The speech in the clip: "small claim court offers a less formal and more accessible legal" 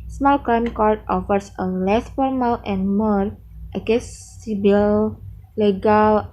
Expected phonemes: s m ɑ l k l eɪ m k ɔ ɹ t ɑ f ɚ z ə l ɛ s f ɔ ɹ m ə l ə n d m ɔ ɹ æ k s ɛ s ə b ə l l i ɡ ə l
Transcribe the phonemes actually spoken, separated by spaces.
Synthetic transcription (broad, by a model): s m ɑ l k eɪ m k ɔ ɹ t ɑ f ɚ s ə l ɛ s f ɔ ɹ m ə l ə n m ɔ ɹ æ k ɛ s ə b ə l l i ɡ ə l